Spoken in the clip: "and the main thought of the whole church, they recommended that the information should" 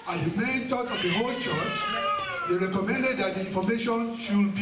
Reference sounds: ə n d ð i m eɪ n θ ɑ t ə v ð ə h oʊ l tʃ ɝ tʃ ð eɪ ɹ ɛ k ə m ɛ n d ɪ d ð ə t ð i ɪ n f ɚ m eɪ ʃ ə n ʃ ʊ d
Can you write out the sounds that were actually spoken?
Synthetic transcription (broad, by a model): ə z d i m eɪ n t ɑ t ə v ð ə h oʊ l tʃ ɝ tʃ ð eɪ ɹ ɛ k ə m ɛ n d ɪ d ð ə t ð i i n f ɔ m eɪ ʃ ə n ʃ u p